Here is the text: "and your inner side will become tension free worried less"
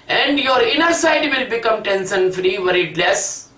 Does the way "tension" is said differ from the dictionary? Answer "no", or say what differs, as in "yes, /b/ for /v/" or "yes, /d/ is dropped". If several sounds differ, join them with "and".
yes, /s/ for /ʃ/